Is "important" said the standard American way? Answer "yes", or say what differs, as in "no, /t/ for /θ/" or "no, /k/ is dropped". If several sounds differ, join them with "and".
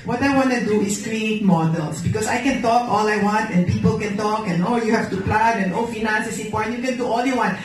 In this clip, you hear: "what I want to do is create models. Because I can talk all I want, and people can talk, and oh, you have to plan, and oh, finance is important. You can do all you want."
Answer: no, /m/ is dropped